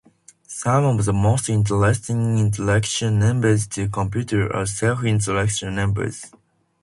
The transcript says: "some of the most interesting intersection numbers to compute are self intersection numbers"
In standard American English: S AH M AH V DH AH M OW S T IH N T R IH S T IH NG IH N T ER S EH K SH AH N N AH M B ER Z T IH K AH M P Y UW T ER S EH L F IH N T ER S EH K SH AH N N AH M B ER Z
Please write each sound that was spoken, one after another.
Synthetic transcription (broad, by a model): S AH M AH V DH AH M OW S T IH N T L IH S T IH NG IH N T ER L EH K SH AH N N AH M B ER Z T IH K AH M P Y UW T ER S EH L F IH N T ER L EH K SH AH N N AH M B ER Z